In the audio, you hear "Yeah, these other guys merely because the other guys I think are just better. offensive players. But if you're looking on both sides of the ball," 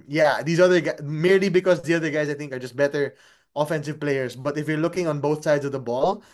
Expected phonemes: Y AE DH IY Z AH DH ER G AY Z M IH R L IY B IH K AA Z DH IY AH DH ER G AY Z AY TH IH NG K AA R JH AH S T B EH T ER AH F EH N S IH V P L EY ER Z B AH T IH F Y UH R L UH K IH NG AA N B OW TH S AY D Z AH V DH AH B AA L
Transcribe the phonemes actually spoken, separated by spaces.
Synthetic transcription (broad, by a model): Y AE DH IY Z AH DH ER G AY M IH R L IY B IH K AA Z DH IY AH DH ER G AY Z AY TH IH NG K AA R JH AH S T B EH T ER AH F EH N S IH V P L EY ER S B AH T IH F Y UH R L UH K IH NG AA N B OW TH S AY D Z AH V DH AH B AA L